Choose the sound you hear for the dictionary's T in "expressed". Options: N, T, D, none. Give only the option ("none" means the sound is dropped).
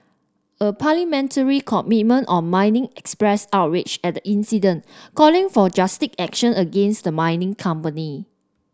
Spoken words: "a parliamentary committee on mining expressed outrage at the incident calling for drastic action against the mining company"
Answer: none